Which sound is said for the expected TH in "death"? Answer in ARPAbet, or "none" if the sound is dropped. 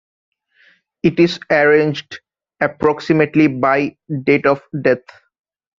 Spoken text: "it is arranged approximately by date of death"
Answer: T